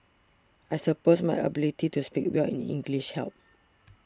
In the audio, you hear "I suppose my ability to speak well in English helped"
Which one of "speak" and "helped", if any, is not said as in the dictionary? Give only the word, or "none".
helped